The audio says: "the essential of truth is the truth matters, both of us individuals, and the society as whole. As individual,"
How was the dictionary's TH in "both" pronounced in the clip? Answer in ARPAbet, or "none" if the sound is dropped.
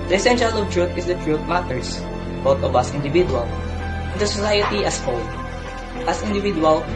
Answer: T